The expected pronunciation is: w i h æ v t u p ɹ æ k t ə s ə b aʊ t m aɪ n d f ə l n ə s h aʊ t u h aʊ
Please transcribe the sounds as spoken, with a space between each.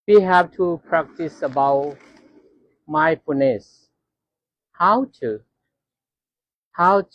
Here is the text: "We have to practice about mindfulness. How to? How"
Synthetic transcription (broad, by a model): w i h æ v t u p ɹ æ k t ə s ə b aʊ t m aɪ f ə n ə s h aʊ t u h aʊ